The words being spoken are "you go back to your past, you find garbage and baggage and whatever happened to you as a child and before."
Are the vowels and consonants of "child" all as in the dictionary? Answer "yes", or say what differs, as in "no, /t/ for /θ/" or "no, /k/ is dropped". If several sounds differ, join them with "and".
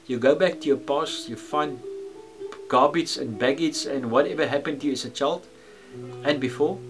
yes